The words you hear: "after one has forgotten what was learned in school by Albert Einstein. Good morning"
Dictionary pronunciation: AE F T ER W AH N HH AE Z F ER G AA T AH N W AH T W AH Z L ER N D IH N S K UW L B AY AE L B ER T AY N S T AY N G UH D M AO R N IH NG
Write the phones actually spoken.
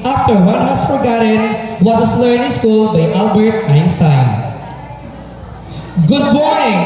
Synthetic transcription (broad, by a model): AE F T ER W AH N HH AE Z F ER G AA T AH N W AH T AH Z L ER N IH S K UW L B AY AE L B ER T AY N S T AY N G UH D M AO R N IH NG